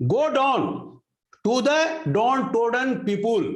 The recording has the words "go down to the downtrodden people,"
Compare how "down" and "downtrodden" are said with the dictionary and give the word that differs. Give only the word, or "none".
downtrodden